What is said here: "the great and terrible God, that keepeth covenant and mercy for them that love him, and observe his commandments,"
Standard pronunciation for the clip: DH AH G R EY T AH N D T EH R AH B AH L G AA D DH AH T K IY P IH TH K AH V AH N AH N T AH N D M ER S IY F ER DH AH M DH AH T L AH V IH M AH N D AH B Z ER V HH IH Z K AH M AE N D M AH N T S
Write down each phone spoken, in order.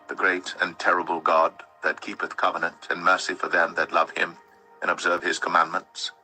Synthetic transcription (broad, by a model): DH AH G R EY T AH N T EH R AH B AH L G AA D DH AH T K IY P IH TH K AH V AH N AH N T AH N M ER S IY F ER DH AH M DH AH T L AH V IH M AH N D AH B Z ER V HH IH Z K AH M AE N M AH N T S